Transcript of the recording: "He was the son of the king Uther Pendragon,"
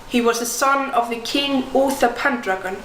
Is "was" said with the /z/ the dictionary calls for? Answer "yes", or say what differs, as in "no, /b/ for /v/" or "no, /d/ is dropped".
yes